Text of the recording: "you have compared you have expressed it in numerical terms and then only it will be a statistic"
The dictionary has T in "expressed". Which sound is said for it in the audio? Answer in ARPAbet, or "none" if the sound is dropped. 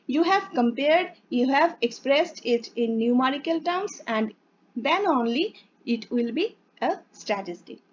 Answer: T